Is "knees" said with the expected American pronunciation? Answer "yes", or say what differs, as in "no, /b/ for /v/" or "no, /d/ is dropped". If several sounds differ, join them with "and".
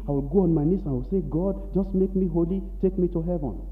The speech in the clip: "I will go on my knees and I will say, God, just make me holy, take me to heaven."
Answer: no, /s/ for /z/